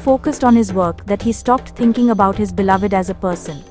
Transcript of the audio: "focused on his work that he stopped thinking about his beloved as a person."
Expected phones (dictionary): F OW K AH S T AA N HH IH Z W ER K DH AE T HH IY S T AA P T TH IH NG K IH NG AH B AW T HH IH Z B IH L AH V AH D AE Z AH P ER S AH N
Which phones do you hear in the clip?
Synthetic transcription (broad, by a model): F OW K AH S T AA N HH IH Z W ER K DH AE T HH IY S T AA P T T IH NG K IH NG AH B AW T HH IH Z B IH L AH V AH D AE Z AH P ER S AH N